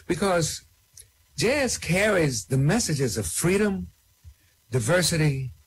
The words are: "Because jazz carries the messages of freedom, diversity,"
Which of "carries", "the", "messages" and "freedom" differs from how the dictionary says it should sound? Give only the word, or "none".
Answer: none